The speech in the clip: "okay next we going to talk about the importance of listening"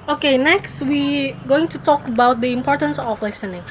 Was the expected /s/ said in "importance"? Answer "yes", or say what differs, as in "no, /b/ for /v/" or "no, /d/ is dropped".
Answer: yes